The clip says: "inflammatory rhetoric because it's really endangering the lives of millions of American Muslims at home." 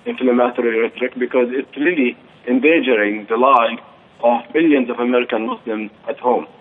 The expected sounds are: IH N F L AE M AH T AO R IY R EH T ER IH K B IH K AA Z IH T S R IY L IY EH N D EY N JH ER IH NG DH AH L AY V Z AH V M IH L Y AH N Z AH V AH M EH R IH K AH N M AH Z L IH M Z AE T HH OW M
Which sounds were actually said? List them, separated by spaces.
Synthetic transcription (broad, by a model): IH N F L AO M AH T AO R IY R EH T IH K B IH K AA Z IH T S R IY L IY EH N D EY JH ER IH NG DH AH L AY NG AH V M IH L Y AH N Z AH V AH M EH R IH K AH N M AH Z L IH M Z AE T HH OW M